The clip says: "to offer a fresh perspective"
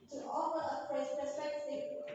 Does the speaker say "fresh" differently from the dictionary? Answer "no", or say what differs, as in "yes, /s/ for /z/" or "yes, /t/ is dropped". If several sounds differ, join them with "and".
yes, /p/ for /f/ and /s/ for /ʃ/